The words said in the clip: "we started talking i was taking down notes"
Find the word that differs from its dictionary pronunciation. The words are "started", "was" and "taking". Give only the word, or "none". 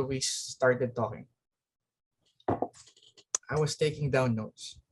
was